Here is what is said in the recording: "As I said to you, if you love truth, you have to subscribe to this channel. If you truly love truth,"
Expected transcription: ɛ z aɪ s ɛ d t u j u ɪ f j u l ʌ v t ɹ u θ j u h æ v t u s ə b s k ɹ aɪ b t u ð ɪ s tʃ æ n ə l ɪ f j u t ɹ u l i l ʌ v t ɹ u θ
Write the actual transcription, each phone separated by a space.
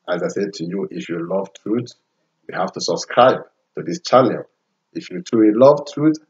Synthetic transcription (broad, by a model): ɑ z aɪ s ɛ d t u j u ɪ f j u l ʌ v t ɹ u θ j u h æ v t u s ə b s k ɹ aɪ b t u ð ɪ s tʃ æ n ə l ɪ f j u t u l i l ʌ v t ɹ u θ